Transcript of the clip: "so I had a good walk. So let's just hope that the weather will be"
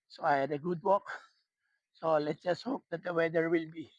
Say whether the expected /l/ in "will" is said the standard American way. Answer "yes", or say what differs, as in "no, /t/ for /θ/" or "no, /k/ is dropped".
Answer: yes